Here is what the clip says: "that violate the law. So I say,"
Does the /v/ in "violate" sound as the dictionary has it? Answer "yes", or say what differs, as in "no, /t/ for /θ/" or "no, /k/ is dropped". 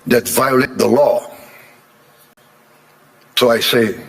yes